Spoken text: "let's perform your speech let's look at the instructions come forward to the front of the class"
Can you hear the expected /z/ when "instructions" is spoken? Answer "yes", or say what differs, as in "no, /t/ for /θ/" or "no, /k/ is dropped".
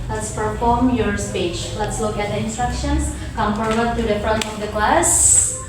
no, /s/ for /z/